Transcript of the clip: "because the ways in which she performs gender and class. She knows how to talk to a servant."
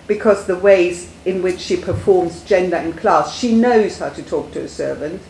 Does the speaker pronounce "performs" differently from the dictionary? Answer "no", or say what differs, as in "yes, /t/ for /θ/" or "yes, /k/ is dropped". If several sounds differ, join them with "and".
no